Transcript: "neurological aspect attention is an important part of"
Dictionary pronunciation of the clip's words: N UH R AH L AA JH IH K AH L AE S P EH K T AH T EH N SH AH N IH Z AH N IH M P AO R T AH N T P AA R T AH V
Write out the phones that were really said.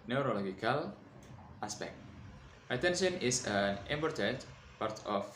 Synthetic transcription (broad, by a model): N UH R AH L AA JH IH K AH L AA S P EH K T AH T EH N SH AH N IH S AH N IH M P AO R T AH T P AA R T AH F